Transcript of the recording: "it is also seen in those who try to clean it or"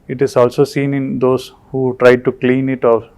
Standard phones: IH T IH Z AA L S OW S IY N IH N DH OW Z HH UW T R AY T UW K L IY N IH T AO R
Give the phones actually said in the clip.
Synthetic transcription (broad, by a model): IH T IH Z AA L S OW S IY N IH N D OW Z HH UW T R AY T UW K L IY N IH T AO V